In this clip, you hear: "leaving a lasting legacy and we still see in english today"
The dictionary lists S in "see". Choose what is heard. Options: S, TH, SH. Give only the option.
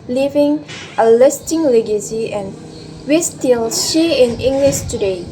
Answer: SH